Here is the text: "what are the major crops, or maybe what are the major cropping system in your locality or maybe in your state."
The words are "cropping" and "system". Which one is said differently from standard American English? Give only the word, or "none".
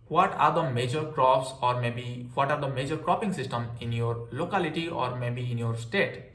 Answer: none